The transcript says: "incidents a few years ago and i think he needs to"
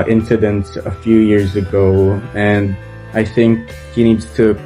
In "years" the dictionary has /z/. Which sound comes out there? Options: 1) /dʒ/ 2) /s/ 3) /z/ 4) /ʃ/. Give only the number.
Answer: 3